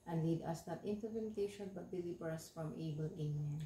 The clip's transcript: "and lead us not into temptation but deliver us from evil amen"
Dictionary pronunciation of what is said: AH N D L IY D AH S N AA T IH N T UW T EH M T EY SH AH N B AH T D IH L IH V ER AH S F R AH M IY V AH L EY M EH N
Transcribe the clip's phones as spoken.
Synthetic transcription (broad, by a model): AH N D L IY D AH S N AA T IH N T UW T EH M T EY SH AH N B AH T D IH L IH B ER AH S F R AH M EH B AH L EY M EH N